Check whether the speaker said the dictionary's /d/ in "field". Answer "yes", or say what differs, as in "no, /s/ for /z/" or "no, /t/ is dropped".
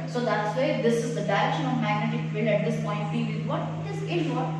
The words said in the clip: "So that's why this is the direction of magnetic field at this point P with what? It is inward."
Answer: no, /d/ is dropped